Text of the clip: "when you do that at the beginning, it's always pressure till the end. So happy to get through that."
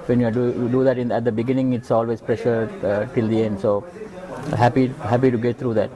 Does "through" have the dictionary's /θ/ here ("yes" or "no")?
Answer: no